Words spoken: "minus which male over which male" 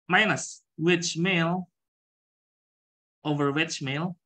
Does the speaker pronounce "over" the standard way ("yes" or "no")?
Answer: yes